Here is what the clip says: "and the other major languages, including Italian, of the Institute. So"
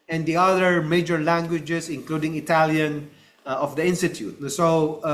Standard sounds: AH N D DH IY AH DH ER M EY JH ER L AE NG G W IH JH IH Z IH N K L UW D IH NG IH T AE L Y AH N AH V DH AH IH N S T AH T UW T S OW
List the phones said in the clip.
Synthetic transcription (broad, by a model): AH N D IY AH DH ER M EY JH ER L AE NG G W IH JH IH S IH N K L UW D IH NG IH T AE L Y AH N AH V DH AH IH N S T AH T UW T S OW